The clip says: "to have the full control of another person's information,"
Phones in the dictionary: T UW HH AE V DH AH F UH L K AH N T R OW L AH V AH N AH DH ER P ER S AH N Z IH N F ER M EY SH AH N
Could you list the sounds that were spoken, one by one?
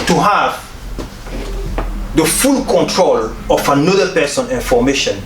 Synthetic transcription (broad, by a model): T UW HH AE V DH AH F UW L K AH N T R OW L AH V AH N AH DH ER P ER S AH N IH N F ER M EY SH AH N